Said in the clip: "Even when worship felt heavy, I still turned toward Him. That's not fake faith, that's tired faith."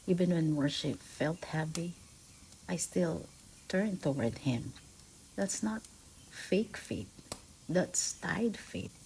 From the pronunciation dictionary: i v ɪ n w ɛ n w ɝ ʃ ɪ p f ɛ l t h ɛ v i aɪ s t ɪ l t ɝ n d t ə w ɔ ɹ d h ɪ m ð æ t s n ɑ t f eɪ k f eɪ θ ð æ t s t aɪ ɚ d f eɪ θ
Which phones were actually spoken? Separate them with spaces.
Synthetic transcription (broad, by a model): i v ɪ n w ɛ n w ɝ ʃ ɪ p f ɛ l t h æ p i aɪ s t ɪ l t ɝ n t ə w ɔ ɹ d h ɪ m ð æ t s n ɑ t f eɪ k f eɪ t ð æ t s t aɪ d f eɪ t